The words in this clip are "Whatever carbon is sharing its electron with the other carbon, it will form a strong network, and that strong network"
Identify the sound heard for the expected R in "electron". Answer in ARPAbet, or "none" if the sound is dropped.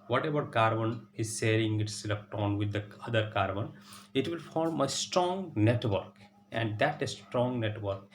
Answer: none